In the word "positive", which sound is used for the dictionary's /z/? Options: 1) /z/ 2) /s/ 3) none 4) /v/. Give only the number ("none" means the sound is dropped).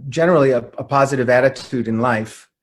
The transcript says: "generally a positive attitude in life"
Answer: 1